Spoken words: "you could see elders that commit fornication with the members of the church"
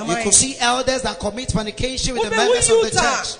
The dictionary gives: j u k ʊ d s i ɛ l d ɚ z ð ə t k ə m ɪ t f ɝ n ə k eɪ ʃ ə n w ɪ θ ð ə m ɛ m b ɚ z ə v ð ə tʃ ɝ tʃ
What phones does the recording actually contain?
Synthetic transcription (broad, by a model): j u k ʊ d s i ɛ l d ɚ z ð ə t k ə m ɪ t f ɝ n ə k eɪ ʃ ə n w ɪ ð ə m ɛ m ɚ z ə v ð ə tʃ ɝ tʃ